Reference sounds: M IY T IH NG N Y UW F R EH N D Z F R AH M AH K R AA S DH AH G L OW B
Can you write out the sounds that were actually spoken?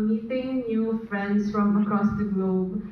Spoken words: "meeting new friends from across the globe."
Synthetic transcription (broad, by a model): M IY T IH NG N Y UW F R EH N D S F R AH M AH K R AA S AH G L OW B